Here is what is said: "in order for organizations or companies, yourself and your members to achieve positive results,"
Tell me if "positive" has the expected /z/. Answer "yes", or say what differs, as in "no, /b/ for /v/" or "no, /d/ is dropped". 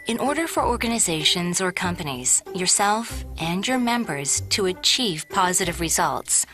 yes